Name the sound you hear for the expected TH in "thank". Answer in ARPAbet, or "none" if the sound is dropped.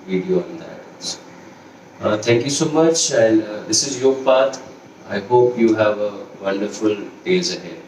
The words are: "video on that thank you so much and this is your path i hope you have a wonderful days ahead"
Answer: S